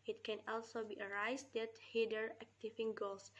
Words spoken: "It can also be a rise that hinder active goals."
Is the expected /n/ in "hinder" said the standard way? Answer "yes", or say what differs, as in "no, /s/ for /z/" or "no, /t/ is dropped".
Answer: no, /n/ is dropped